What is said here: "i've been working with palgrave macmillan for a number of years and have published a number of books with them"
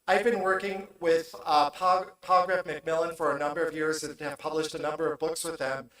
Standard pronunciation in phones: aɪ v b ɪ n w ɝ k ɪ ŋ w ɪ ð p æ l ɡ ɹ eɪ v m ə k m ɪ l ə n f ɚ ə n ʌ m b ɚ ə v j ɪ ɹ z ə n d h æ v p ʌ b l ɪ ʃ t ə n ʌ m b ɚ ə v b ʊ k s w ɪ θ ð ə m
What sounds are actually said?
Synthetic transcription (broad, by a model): aɪ v b ɪ n w ɝ k ɪ ŋ w ɪ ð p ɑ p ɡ ɹ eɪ f m ə k m ɪ l ə n f ɚ ə n ʌ m b ɚ ə v j ɪ ɹ z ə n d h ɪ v p ʌ b l ɪ ʃ t ə n ʌ m b ɚ ə v b ʊ k s w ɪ ð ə m